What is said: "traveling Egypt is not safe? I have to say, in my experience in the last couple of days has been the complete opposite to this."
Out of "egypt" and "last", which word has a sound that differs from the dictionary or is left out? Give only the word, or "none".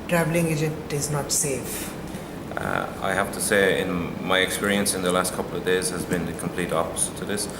egypt